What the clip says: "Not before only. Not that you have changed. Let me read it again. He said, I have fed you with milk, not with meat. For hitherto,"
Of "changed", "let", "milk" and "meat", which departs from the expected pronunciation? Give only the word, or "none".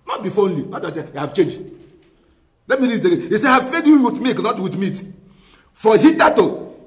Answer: milk